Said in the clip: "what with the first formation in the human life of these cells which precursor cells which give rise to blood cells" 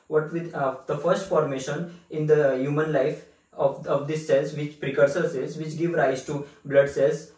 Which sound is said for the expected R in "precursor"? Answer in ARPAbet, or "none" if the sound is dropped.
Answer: R